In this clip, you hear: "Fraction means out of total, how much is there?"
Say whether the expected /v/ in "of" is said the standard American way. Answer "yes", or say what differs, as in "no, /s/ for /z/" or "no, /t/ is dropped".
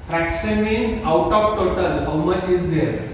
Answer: no, /p/ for /v/